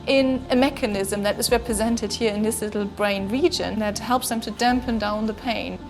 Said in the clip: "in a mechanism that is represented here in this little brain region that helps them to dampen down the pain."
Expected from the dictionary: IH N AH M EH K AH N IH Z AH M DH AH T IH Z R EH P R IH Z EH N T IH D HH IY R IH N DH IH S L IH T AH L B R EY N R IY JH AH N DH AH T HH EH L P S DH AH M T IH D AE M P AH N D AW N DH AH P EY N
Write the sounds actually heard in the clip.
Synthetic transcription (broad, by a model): IH N AH M EH K AH N IH Z AH M DH AH T IH Z R EH P R IH Z EH N T IH D HH IY R IH N DH IH S L IH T L B R EY N R IY JH AH N DH AH T HH EH L P S DH AH M T IH D AE M P AH N D AW N DH AH P EY N